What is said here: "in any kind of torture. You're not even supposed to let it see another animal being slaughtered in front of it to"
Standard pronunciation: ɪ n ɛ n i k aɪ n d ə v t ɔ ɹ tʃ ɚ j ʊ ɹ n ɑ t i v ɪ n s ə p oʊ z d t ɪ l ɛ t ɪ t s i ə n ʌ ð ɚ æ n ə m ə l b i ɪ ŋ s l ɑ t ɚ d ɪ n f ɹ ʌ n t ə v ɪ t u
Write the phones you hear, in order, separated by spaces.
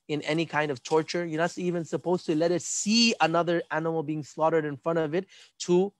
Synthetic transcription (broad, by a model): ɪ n ɛ n i k aɪ n d ə v t ɔ ɹ tʃ ɚ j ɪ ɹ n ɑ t i v ɪ n s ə p oʊ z t ɪ l ɛ t ɪ t s i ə n ʌ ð ɚ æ n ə m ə l b i ɪ ŋ s l ɑ t ɚ d ɪ n f ɹ ʌ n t ə v ɪ t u